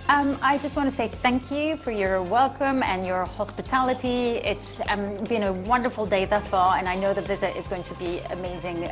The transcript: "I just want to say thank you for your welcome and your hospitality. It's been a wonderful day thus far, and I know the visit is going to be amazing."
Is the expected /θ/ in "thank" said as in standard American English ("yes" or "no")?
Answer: yes